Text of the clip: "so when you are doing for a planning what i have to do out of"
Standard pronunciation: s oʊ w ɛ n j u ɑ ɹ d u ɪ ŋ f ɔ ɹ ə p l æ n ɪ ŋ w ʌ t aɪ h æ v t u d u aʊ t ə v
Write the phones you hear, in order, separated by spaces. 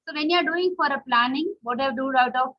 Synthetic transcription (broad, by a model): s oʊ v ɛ n j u ɑ ɹ d u ɪ ŋ f ɔ ɹ ə p l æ n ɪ ŋ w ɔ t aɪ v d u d aʊ t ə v